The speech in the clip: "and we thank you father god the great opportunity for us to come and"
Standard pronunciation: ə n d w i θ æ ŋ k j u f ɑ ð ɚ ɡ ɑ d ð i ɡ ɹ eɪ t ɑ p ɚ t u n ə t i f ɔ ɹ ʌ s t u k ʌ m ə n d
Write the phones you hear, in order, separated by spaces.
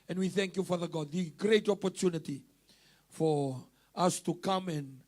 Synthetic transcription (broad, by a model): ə n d w i θ æ ŋ k j u f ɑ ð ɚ ɡ ɑ d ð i ɡ ɹ eɪ t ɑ p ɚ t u n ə t i f ɔ ɹ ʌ s t u k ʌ m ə n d